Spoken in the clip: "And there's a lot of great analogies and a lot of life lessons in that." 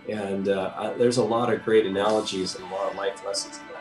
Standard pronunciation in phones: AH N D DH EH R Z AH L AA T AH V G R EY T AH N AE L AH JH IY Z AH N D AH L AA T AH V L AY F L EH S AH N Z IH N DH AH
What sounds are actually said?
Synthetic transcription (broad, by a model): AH N DH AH R Z AH L AA T AH V G R EY T AH N AE L AH JH IY Z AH N AH L AA T AH V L AY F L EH S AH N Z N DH